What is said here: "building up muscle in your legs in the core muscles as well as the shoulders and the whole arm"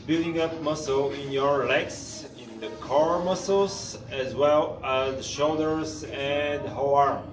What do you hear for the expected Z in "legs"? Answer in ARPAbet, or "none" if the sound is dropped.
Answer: S